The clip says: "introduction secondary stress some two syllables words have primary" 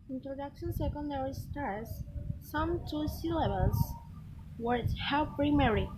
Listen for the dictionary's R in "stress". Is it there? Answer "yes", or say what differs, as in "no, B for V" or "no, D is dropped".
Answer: no, R is dropped